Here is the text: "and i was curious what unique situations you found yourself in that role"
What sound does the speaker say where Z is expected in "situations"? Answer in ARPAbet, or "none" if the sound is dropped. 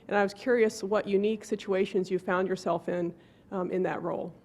Z